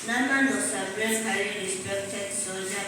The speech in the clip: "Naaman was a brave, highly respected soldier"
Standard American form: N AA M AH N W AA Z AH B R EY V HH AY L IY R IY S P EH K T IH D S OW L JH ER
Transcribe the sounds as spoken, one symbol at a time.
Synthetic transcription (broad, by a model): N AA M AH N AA S AH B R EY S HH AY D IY R IY S P EH K T IH D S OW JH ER